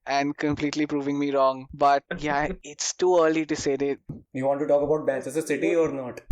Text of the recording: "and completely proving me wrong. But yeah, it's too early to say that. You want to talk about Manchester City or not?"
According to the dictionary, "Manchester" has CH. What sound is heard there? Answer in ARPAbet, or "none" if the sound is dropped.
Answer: S